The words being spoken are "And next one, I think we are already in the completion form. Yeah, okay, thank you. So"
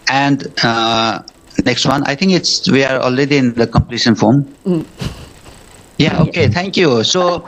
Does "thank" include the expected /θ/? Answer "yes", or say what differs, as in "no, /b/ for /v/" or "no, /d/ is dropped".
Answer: no, /t/ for /θ/